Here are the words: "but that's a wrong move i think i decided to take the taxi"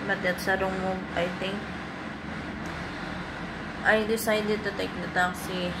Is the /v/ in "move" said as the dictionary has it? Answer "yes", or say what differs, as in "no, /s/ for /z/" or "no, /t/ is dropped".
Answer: no, /v/ is dropped